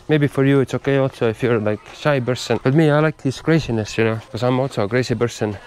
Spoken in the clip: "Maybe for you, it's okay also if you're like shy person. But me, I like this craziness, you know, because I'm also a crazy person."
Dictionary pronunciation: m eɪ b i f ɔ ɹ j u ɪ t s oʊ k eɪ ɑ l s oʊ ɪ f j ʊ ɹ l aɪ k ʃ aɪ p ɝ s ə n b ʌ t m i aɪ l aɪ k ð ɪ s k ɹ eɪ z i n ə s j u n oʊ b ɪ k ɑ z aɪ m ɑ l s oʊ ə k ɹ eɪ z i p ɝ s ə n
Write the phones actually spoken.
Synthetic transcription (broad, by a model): m eɪ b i f ɔ ɹ j u ɪ t s oʊ k eɪ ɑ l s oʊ ɪ f j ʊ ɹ l aɪ k ʃ aɪ b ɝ s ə n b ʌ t m i aɪ l aɪ k ð ɪ s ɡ ɹ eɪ s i n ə s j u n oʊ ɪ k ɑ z aɪ m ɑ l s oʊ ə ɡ ɹ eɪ s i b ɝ s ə n